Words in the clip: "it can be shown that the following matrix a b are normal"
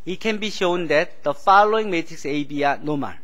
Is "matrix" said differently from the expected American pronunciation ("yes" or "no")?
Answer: yes